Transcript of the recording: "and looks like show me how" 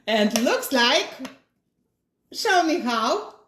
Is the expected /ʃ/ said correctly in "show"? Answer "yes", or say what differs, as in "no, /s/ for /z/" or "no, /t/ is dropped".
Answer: no, /s/ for /ʃ/